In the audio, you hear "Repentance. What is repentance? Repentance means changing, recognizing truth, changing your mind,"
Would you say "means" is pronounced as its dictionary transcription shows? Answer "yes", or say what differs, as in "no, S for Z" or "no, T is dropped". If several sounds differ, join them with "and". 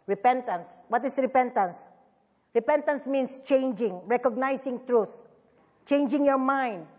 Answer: no, S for Z